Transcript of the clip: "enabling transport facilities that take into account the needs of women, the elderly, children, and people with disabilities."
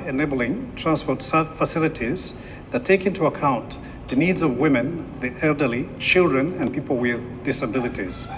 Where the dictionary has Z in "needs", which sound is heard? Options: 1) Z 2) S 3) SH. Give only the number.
1